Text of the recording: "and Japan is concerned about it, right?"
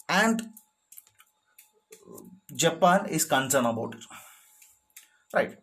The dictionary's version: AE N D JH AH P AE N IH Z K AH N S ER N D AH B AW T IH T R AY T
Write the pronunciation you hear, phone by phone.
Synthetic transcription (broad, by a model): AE N D JH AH P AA N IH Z K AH N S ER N AH B AW T IH T R AY T